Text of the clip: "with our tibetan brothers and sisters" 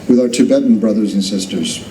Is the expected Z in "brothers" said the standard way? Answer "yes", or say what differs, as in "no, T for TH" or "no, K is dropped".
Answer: yes